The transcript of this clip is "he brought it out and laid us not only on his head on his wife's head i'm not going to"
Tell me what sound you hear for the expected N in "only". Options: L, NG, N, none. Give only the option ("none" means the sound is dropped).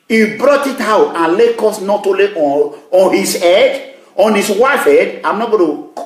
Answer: none